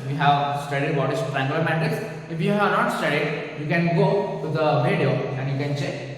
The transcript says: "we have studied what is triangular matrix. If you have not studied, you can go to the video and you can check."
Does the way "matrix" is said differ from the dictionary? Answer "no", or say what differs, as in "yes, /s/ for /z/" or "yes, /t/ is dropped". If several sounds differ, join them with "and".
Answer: yes, /ɹ/ is dropped